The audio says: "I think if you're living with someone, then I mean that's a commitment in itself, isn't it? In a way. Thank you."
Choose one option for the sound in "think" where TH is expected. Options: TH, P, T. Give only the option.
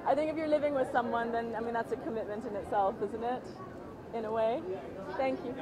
TH